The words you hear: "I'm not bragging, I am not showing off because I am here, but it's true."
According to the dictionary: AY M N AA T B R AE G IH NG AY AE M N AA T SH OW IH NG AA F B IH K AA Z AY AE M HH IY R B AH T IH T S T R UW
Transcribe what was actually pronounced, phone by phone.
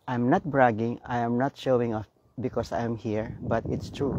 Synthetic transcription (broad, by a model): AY M N AA T B R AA G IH NG AY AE M N AA T SH OW IH NG AA F B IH K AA S AY M HH IY R B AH T IH T S T R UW